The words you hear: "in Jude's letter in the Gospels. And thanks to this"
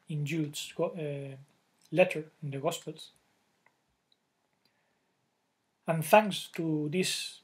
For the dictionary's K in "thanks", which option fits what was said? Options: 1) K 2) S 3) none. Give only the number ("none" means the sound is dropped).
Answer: 3